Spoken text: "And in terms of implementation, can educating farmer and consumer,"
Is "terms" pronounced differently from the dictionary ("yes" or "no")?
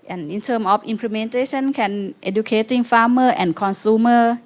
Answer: yes